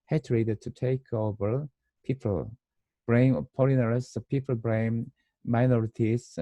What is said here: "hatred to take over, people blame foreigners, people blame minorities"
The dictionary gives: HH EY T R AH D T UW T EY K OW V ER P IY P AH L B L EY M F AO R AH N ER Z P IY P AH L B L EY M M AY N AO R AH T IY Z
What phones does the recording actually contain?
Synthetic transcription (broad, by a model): HH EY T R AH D T UW T EY K OW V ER P IY P AH L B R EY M P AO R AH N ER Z P IY P AH L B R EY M M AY N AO R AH T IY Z